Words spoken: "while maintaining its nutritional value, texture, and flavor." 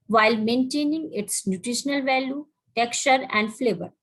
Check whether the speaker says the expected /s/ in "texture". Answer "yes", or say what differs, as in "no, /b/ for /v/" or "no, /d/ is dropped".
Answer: yes